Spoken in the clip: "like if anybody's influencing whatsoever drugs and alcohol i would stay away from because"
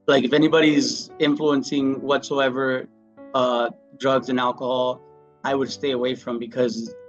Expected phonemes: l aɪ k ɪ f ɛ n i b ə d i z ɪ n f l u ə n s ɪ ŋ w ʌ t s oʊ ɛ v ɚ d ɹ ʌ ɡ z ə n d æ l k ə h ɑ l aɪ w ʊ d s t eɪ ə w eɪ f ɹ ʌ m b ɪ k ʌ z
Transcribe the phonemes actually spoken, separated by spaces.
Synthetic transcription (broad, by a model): l aɪ k ɪ f ɛ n i b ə d i z ɪ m f l u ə n s ɪ ŋ w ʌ t s oʊ ɛ v ɚ d ɹ ʌ ɡ z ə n æ l k ə h ɑ l aɪ w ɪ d s t eɪ ə w eɪ f ɹ ʌ m b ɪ k ʌ z